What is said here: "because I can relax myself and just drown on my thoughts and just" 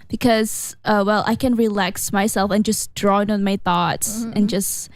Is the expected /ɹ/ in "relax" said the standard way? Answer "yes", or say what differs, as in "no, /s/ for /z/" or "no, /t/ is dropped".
yes